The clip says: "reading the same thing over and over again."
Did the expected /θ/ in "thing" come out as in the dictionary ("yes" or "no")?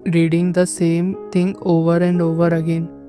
no